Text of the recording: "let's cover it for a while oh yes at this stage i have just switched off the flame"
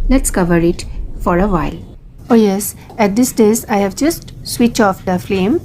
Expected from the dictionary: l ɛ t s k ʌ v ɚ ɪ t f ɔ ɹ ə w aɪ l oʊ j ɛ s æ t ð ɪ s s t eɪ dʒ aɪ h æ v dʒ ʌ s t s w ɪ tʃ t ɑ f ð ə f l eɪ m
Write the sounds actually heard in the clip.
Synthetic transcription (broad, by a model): l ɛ t s k ʌ v ɚ ɪ t f ɔ ɹ ə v aɪ l oʊ j ɛ s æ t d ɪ s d eɪ z aɪ h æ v dʒ ʌ s t s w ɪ tʃ ɑ f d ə f l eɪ m